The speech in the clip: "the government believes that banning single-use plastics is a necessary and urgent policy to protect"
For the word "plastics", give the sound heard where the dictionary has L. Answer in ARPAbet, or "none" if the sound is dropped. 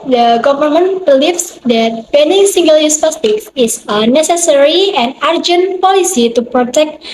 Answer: none